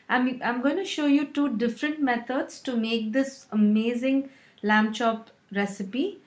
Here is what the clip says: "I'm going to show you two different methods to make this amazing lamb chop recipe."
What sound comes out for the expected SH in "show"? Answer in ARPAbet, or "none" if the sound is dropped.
SH